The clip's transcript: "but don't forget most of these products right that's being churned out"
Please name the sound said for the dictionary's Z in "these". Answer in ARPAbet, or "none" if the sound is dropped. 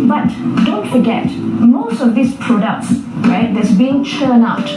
S